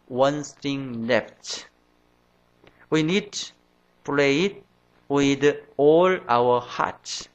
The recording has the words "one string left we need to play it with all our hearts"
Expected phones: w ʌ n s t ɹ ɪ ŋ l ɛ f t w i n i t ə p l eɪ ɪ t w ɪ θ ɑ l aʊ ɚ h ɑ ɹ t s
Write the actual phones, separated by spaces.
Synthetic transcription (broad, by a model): w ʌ n s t ɪ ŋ l ɛ f t w i n i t p l eɪ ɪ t w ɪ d ɑ l aʊ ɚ h ɑ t